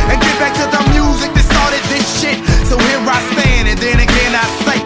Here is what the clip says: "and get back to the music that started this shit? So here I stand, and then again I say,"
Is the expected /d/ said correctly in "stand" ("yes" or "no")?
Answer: no